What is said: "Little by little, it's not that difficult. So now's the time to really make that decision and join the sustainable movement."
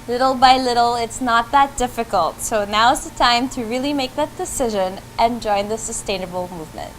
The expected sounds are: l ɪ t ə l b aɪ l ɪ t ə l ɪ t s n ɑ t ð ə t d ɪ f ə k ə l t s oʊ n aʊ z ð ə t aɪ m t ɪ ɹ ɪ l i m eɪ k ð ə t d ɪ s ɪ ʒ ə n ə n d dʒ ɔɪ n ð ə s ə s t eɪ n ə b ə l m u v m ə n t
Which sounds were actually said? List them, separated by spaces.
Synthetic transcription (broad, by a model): l ɪ t l b aɪ l ɪ t l ɪ t s n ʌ t ð ə t d ɪ f ə k ə l t s oʊ n aʊ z ð ə t aɪ m t ɪ ɹ ɪ l i m eɪ k ð ə t d ɪ s ɪ ʒ ə n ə n dʒ ɔɪ n ð ə s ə s t eɪ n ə b l m u v m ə n t